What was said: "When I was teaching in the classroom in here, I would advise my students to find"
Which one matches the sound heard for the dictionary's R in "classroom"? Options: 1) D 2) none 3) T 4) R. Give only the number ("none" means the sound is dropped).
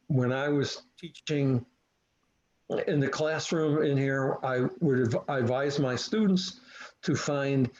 4